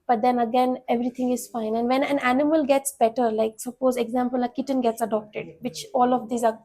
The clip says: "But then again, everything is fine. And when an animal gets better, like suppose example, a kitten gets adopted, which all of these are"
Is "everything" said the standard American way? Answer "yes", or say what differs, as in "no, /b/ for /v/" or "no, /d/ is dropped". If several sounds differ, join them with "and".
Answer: no, /t/ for /θ/